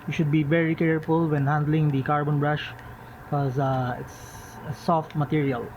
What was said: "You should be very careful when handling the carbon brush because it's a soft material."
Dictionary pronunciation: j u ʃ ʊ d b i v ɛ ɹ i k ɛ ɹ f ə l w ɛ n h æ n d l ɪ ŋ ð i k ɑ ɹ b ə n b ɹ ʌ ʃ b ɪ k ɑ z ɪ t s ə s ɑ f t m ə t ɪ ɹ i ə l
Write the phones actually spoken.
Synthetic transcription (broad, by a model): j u ʃ ʊ d b i v ɛ ɹ i k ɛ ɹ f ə l w ɛ n h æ n d l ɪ ŋ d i k ɑ ɹ b ə n b ɹ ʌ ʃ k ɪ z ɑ ɪ t s ə s ɑ f t m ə t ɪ ɹ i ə l